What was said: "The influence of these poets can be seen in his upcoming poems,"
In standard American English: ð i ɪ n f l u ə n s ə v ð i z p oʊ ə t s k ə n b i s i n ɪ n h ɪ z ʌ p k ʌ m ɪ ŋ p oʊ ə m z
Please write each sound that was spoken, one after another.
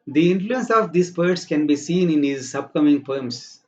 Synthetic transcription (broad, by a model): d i ɪ n f l u ə n s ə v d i s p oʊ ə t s k ə n b i s i n ɪ n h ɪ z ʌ b k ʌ m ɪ ŋ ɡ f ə m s